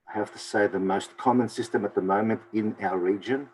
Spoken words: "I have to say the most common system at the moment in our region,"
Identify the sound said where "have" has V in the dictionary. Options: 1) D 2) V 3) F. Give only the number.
3